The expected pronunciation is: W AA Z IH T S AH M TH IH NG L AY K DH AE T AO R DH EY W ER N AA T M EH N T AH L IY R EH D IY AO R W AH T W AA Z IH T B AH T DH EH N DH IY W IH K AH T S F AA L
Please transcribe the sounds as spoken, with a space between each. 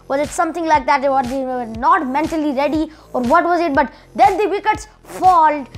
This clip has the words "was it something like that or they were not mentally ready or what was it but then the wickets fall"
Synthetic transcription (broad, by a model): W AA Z IH T S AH M T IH NG L AY K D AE T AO R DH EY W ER N AA T M EH N T AH L IY R EH D IY AO R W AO T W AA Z IH T B AH T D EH N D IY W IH K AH T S F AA L